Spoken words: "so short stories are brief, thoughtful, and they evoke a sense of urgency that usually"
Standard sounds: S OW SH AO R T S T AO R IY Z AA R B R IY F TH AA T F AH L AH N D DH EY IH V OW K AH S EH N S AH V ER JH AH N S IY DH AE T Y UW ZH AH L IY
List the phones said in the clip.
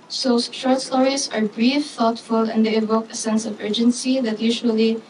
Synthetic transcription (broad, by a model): S OW S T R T S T AO R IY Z AA R B R IY F TH AA T F AH L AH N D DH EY IH V OW K AH S EH N S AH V ER JH AH N S IY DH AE T Y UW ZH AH L IY